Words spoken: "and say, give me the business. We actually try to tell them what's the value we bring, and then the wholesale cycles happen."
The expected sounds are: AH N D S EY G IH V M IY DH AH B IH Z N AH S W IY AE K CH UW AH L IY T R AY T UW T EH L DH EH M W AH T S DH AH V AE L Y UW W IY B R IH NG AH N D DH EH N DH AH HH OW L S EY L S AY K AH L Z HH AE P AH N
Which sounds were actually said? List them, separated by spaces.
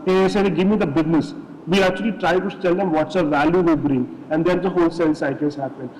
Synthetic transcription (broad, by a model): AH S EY G IH V M IY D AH B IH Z N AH S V IY AE K CH UW AH L IY T R AY T UW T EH L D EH M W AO T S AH V AE L Y UW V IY B R IH NG AH N D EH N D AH HH OW L S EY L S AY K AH Z HH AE P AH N